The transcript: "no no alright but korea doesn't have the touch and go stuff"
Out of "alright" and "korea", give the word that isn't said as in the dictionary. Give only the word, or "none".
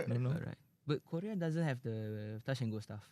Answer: alright